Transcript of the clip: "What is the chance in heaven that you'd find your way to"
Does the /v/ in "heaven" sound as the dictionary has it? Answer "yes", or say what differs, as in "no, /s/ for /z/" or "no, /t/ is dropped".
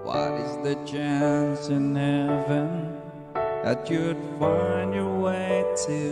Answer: yes